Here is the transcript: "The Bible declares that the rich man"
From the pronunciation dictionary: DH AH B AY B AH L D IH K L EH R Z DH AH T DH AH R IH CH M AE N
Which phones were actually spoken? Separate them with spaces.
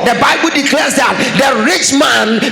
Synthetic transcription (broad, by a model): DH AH B AY B AH L D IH K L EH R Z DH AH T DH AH R IH CH M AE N